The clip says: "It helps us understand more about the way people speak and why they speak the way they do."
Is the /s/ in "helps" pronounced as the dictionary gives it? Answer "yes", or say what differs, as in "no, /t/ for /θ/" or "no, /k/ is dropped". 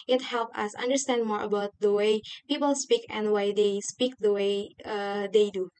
no, /s/ is dropped